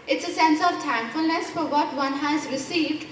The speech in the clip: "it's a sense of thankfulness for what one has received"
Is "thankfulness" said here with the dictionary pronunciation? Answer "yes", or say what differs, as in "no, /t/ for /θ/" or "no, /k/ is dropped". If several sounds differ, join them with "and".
no, /t/ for /θ/